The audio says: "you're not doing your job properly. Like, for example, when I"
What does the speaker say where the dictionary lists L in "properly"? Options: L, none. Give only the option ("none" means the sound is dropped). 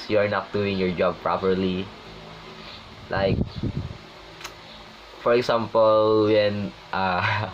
L